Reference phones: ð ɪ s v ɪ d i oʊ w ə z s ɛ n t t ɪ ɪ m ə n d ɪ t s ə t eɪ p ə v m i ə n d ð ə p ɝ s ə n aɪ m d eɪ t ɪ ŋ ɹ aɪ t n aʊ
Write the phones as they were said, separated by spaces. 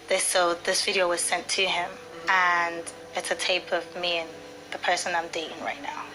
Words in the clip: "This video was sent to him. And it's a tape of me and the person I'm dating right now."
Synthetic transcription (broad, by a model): ð ɪ s v ɪ d i oʊ w ə z s ɛ n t t ɪ ɪ m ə n ɪ t s ə t eɪ p ə v m i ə n ð ə p ɝ s ə n aɪ m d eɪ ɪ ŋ ɹ aɪ t n aʊ